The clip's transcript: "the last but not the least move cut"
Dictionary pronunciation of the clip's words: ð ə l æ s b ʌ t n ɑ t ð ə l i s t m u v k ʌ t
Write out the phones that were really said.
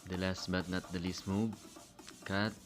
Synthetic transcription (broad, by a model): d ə l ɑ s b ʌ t n ɑ t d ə l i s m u b k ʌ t